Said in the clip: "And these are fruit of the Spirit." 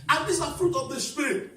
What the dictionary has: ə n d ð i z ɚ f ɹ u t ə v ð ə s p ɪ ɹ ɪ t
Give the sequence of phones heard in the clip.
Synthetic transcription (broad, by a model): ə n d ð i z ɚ f ɹ u t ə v ð ə s p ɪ ɹ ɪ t